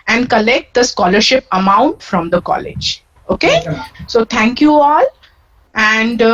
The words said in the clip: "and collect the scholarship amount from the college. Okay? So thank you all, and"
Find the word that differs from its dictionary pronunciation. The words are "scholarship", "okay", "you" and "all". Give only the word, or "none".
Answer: none